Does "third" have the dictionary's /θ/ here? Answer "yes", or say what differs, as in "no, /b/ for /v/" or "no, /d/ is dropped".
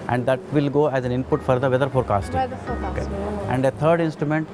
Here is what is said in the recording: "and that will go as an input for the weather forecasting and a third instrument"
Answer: no, /t/ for /θ/